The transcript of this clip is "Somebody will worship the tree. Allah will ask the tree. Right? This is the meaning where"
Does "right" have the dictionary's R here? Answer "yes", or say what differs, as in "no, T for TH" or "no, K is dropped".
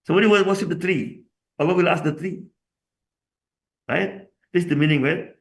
yes